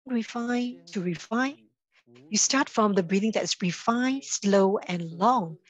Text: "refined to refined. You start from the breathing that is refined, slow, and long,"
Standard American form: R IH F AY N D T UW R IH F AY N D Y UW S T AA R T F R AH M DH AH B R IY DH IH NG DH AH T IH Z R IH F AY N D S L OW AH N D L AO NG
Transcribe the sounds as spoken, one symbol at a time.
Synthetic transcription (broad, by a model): R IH F AY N T UW R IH F AY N Y UW S T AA T F R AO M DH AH B R IY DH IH NG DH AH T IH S R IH F AY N S L OW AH N L AO NG